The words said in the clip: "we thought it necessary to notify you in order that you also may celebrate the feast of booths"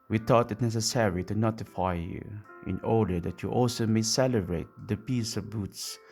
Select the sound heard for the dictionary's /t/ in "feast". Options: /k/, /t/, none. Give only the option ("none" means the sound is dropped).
none